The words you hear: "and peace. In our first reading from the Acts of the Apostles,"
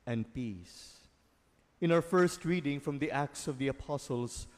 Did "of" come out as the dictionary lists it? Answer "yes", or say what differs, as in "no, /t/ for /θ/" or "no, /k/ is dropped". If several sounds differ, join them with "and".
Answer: yes